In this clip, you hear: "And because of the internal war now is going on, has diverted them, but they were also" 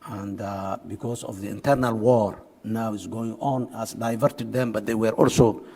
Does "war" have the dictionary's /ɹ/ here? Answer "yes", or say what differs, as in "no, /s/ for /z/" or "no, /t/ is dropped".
yes